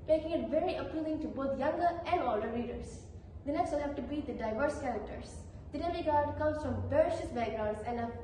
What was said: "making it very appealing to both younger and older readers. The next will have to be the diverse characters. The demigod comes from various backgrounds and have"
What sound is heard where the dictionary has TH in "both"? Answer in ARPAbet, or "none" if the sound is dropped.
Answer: T